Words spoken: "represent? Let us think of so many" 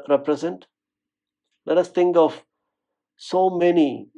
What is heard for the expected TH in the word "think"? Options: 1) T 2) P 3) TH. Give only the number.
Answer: 1